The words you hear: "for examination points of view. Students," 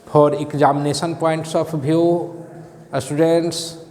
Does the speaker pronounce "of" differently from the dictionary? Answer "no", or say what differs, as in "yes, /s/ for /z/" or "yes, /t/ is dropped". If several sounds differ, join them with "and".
yes, /p/ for /v/